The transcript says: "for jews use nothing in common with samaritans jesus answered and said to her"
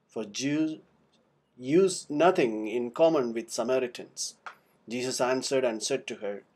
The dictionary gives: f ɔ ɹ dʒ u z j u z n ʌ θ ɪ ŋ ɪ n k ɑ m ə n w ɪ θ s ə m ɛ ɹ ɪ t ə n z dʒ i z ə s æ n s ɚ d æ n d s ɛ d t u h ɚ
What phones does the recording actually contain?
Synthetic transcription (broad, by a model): f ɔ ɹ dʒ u j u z n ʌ t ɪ ŋ ɪ n k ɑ m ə n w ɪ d s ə m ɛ ɹ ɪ t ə n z dʒ i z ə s æ n s ɚ d æ n d s ɛ d t u h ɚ